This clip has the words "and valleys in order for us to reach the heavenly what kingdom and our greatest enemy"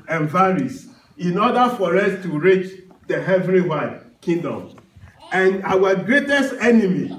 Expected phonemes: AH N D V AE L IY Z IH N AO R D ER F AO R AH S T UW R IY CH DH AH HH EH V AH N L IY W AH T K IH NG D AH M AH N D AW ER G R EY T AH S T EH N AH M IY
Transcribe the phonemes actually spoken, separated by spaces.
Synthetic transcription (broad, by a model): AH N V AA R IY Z IH N AO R D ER F AO R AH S T UW R IY CH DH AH HH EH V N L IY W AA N K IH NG D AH M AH N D AW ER G R EY T AH S T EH N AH M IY